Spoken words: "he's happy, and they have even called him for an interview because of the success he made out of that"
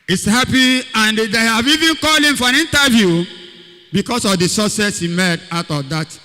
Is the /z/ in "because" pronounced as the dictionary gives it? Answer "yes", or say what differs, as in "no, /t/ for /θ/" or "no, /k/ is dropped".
no, /s/ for /z/